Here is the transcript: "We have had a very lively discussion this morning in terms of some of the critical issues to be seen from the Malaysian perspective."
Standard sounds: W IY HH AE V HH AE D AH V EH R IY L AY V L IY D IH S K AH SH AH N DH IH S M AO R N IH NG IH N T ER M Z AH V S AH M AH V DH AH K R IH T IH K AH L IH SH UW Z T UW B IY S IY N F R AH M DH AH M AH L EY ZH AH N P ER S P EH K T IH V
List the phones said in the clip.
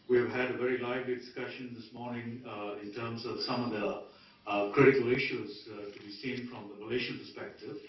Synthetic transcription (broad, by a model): W IY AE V HH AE D AH V EH R IY L AY V L IY D IH S K AH SH AH N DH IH S M AO R N IH NG IH N T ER M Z AH V S AH M AH V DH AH K R IH T IH K AH L IH SH UW Z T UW B IY S IY N F R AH M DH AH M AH L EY SH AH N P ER S P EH K T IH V